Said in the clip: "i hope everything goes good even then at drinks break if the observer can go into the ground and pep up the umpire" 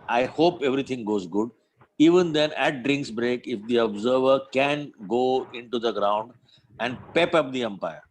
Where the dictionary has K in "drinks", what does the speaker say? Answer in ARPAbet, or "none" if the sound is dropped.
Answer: K